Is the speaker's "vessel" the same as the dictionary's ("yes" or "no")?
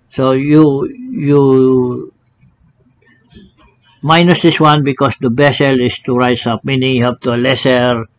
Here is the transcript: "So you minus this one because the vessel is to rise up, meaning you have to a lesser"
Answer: no